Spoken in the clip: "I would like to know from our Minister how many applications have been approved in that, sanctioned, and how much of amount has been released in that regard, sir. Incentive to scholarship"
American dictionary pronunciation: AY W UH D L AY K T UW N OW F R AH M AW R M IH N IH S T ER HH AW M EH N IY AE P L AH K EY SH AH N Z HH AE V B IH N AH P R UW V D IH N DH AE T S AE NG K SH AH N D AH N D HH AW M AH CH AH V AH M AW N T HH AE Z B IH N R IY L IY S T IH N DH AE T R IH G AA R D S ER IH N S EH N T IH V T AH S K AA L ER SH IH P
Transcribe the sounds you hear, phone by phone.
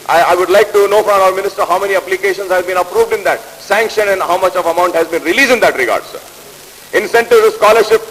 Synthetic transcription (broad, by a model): AY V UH D L AY K T UW N OW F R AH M AW R M IH N IH S T ER HH AW M EH N IY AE P L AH K EY SH AH N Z HH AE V B IH N AH P R UW V D IH N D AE T S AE NG K SH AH N AH N D HH AW M AH CH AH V AH M AW N T HH AE Z B IH N R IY L IY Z IH N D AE T R IH G AA R D S ER IH N S EH N T IH V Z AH S K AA L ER SH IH P